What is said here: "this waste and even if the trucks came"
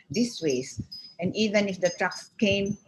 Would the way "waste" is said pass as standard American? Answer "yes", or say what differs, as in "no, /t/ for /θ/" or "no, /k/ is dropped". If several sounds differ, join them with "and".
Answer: no, /t/ is dropped